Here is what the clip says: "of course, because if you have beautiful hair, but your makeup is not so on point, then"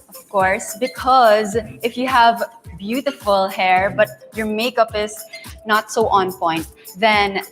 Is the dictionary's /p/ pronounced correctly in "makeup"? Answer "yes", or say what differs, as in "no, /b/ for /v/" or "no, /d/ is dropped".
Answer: yes